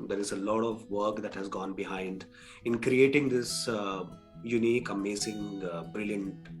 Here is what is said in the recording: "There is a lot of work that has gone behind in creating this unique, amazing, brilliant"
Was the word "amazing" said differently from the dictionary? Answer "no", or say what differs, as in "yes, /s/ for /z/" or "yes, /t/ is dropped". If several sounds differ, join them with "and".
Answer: yes, /s/ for /z/